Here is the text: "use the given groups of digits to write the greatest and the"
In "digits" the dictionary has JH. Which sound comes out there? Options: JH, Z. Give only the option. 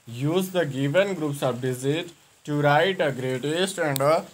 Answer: Z